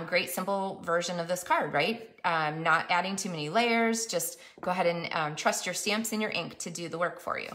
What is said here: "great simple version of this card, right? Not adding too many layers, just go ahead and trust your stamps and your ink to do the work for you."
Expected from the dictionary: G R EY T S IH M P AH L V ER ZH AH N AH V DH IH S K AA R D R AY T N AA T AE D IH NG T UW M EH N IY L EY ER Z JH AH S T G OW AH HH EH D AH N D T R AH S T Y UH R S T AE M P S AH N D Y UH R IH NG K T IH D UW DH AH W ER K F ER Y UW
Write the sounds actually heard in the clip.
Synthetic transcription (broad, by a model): G R EY T S IH M P L V ER ZH AH N AH V DH IH S K AA R D R AY T N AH T AE D IH NG T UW M EH N IY L EY ER Z JH AH S T G OW AH HH EH D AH N T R AH S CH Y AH R S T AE M P S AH N Y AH R IH NG K T IH D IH DH AH W ER K F ER Y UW